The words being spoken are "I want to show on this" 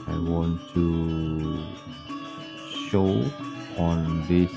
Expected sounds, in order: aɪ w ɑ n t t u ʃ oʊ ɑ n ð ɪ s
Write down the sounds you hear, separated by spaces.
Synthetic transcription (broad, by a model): aɪ w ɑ n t t u ʃ oʊ ɑ n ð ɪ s